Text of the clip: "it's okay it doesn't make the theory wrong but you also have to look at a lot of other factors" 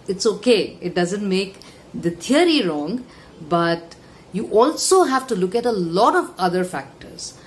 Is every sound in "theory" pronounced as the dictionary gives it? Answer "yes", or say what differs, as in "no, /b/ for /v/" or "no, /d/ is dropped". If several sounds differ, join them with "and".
no, /t/ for /θ/